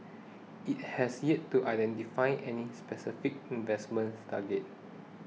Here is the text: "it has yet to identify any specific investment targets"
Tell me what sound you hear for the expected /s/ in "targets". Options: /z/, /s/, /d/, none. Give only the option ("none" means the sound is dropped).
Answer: none